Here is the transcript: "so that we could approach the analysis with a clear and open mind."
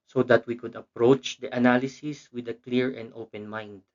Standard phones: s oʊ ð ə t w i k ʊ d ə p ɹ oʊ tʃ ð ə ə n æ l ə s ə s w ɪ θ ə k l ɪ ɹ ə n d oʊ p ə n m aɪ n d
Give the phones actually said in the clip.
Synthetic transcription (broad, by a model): s oʊ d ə t w i k ʊ d ə p ɹ oʊ tʃ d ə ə n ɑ l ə s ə s w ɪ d ə k l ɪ ɹ ə n d oʊ p ə n m aɪ n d